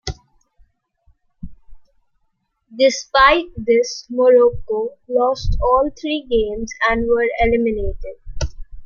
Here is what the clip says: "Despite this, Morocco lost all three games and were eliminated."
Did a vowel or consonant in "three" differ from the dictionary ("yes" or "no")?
yes